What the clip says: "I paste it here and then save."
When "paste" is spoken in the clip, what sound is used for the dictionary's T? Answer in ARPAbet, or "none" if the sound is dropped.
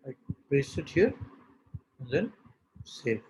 none